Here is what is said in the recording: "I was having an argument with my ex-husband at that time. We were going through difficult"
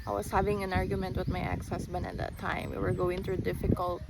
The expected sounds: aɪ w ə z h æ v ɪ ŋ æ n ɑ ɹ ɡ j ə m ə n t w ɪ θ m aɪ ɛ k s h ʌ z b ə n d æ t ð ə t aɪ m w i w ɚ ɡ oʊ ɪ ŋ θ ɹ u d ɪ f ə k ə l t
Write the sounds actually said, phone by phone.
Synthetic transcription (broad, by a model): aɪ w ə s h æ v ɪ ŋ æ n ɑ ɹ ɡ j ə m ə n t w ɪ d m aɪ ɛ k s h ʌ s b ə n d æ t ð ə t aɪ m w i w ɚ ɡ oʊ ɪ ŋ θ ɹ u d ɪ f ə k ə l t